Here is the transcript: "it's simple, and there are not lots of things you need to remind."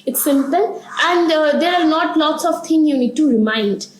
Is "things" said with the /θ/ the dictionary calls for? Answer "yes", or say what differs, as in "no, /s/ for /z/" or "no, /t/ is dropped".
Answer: no, /t/ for /θ/